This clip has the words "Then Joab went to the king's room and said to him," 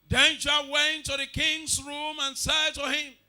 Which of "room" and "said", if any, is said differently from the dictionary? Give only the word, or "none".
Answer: none